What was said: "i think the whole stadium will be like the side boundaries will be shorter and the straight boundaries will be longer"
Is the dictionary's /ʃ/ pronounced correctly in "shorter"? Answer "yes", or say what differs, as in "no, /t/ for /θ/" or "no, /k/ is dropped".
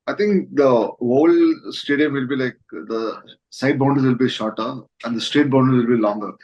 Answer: yes